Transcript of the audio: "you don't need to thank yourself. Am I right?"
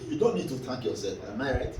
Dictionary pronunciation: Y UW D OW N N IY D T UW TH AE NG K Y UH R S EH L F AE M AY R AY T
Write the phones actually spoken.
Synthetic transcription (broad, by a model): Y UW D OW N N IY D T UW T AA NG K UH L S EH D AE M AY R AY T